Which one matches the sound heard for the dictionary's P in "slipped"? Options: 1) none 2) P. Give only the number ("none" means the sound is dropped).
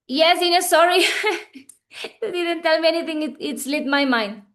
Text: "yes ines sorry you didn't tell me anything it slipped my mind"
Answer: 1